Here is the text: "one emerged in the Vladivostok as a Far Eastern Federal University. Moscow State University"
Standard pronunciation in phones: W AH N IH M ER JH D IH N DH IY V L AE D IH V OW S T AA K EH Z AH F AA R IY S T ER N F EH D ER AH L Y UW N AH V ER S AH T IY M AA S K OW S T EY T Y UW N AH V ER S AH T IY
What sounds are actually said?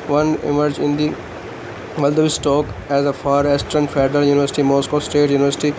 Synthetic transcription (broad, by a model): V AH N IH M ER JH IH N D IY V L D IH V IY S T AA K EH Z AH F AA R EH S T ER N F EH D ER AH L Y UW N AH V ER S AH T IY M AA S K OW S T EY T Y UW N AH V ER S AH T IY